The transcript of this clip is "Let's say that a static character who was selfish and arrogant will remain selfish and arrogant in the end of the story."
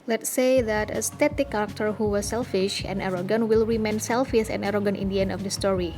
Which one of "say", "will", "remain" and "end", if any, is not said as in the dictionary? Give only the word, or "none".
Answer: end